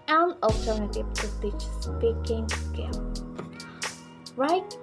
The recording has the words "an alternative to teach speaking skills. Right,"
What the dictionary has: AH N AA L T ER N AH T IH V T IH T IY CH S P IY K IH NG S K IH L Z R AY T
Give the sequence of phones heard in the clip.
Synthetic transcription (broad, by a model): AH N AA L T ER N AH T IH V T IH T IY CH S P IY K IH NG S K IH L R AY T